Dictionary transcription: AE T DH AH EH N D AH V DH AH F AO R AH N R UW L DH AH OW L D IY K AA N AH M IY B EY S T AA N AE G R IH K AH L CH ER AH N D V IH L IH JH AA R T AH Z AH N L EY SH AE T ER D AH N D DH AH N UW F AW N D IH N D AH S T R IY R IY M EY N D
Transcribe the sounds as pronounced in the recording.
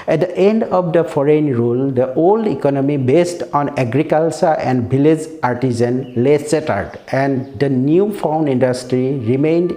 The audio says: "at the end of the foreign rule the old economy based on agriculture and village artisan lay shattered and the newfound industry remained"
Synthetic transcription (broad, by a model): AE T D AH EH N D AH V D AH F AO R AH N R UW L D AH OW L D IY K AA N AH M IY B EY S T AA N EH G R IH K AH L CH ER AH N D B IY L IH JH AA R T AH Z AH N L EY S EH T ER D AH N D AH N UW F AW N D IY N D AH S T R IY R IY M EY N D